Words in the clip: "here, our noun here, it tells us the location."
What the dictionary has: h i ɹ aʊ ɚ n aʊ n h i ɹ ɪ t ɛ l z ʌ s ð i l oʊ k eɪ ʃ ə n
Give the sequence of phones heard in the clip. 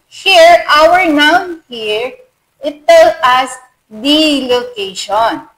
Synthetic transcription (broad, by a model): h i ɹ aʊ ɚ n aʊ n h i ɹ ɪ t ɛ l ʌ s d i l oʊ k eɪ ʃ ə n